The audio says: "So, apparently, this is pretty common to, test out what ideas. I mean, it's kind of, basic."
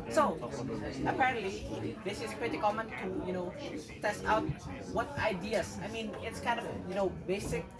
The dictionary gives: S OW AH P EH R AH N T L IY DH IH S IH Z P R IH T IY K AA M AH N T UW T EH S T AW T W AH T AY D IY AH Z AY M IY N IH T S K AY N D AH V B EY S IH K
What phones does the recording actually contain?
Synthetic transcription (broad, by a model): S OW AH P EH R AH N T L IY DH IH S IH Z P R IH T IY K AA M AH N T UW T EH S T AW T W AH T AY D IY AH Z AY M IY N IH T S K AY N D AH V B EY S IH K